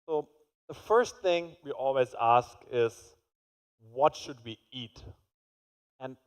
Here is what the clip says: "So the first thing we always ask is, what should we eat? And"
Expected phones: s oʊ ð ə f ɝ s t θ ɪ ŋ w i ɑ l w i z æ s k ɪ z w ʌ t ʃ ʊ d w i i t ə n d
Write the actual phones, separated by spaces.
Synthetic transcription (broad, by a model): s oʊ ð ə f ɝ s t θ ɪ ŋ w i ɑ l w i z æ s k ɪ z w ʌ t ʃ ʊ d w i i t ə n